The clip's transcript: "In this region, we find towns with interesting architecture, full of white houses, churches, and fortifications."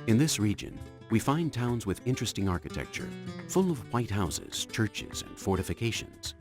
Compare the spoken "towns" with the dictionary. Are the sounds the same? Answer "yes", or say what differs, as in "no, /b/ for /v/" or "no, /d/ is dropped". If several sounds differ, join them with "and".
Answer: yes